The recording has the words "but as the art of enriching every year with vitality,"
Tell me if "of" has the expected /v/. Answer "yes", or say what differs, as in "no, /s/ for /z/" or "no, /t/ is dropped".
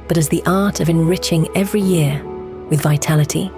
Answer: yes